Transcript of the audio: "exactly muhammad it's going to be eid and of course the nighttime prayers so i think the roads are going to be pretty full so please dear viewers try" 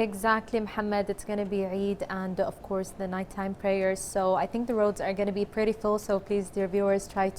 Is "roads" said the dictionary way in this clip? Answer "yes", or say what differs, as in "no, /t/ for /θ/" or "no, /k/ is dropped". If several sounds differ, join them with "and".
yes